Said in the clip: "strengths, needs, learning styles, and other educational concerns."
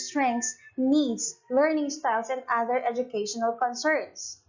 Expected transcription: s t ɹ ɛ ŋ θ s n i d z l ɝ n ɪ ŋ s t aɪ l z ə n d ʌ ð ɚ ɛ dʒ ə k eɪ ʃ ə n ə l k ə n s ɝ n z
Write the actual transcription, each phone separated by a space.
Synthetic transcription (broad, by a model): s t ɹ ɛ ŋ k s n i d s l ɝ n ɪ ŋ s t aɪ l s ə n d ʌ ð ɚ ɛ dʒ ə k eɪ ʃ ə n ə l k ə n s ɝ n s